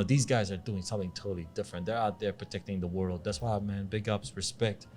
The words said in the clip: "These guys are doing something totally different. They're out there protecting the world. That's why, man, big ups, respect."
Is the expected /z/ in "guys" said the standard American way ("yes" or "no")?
yes